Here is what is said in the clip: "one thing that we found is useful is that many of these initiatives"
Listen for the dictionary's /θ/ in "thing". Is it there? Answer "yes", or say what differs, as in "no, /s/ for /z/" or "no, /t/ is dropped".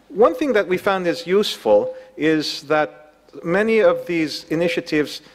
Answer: yes